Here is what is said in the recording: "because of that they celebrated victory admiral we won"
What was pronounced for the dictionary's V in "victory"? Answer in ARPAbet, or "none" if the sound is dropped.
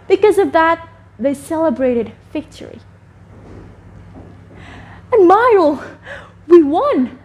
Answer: F